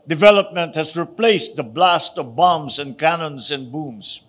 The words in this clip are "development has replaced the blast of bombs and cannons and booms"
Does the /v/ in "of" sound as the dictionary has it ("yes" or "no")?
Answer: yes